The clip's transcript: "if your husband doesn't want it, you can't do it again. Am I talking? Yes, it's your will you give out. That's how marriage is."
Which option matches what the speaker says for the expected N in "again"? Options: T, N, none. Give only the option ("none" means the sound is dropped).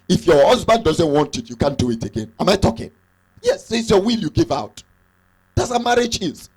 N